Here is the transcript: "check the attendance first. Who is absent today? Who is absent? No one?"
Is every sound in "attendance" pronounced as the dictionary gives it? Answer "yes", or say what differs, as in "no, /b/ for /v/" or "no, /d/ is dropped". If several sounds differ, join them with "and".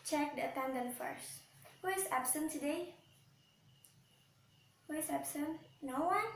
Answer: no, /s/ is dropped